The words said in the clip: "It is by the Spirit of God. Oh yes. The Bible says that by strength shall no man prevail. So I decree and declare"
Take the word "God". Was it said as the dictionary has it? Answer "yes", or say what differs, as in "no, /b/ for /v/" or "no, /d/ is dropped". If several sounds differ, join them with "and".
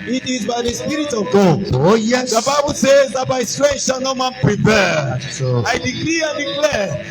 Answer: no, /d/ is dropped